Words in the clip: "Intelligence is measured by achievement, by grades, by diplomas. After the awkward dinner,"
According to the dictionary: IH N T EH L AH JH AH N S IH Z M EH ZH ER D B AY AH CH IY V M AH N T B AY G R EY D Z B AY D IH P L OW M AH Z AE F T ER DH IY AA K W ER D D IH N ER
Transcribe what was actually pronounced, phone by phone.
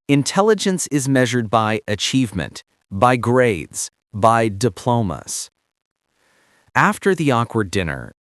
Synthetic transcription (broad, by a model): IH N T EH L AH JH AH N S IH Z M EH ZH ER D B AY AH CH IY V M AH N T B AY G R EY D Z B AY D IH P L OW M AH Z AE F T ER DH IY AA K W ER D D IH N ER